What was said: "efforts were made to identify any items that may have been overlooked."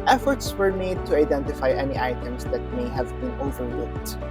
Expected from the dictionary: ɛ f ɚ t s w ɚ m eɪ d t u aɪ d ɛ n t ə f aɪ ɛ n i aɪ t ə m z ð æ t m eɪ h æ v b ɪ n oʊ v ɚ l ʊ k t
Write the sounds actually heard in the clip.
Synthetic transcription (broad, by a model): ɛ f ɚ t s w ɚ m eɪ d t u aɪ d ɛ n t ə f aɪ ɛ n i aɪ t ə m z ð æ t m eɪ h æ v b ɪ n oʊ v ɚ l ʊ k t